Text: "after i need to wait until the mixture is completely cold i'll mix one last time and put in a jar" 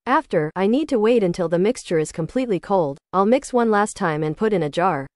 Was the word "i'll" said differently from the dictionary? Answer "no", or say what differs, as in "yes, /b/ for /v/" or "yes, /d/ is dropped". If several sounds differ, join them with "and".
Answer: no